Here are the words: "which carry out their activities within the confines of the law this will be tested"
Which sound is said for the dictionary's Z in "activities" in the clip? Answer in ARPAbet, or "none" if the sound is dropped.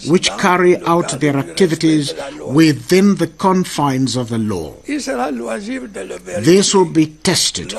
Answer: Z